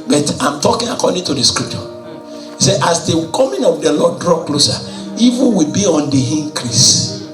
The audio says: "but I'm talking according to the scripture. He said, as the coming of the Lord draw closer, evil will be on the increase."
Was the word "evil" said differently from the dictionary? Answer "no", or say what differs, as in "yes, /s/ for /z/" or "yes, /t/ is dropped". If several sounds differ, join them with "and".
yes, /n/ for /l/